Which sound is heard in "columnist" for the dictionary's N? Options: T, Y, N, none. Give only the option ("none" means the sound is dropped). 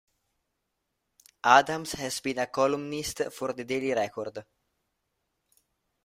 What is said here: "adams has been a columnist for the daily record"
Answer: N